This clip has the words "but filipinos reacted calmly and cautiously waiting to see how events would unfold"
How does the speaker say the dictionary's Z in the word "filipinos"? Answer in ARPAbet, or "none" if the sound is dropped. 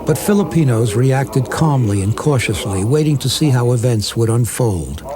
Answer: Z